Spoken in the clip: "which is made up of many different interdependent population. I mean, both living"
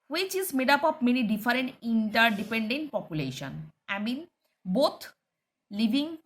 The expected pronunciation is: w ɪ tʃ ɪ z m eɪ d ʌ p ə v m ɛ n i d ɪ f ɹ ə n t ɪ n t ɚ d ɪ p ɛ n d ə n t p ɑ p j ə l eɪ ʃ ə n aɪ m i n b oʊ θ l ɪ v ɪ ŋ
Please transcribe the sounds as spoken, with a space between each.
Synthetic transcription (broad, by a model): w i tʃ ɪ z m eɪ d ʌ p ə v m ɛ n i d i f ɹ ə n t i n t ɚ d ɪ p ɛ n d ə n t p ɑ p j ə l eɪ ʃ ə n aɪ m i n b oʊ t l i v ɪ ŋ